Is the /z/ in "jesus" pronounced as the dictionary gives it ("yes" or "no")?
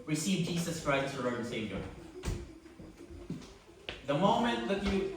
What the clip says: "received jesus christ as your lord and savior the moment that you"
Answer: no